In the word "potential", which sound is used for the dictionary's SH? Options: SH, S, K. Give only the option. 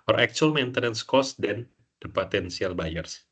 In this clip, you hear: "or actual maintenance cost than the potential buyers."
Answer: S